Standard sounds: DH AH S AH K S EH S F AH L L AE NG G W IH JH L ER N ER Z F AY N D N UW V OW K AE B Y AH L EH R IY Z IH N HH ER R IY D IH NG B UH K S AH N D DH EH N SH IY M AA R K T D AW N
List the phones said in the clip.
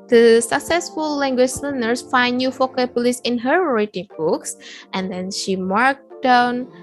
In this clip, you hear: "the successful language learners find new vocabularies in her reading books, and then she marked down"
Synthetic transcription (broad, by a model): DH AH S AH K S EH S F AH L L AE NG G W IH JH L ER N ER S F AY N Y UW F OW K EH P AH L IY S IH N HH ER R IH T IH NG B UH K S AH N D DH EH N SH IY M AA R K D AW N